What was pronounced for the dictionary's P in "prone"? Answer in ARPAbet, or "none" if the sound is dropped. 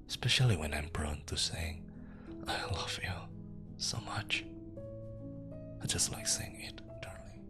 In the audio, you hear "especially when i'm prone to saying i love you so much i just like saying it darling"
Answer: B